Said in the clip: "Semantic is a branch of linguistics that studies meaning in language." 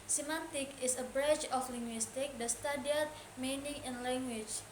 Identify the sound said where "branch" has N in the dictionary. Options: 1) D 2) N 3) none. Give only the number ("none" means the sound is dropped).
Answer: 3